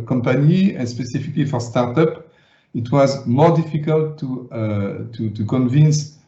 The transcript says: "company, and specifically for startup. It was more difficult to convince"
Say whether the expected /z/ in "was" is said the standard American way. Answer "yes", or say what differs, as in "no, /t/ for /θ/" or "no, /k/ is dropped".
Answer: yes